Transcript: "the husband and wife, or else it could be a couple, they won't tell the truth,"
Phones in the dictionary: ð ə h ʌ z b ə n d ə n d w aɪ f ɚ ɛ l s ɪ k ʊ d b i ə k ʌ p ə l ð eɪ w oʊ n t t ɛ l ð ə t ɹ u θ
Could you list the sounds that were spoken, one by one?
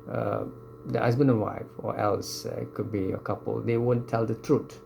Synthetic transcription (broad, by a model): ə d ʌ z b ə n ə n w aɪ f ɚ ɛ l s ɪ k ʊ d b i ə k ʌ p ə l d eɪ w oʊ n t t ɛ l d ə t ɹ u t